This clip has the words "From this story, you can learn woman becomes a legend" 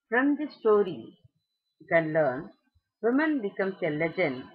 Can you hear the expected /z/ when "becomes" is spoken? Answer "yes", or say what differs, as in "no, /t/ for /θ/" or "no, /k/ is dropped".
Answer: no, /s/ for /z/